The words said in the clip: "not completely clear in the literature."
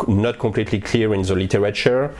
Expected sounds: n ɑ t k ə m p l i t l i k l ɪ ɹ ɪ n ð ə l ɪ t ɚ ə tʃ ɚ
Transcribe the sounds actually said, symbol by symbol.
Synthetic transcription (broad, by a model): n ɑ t k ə p l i t l i k l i ɹ ɪ n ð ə l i t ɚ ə tʃ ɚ